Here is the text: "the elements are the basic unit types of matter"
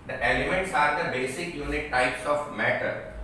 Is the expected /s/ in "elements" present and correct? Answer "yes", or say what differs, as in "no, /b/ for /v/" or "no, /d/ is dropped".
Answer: yes